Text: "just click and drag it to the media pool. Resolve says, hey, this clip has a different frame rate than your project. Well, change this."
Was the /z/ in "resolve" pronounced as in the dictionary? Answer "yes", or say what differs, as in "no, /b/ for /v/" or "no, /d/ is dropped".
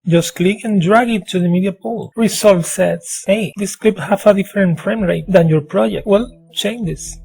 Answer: no, /s/ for /z/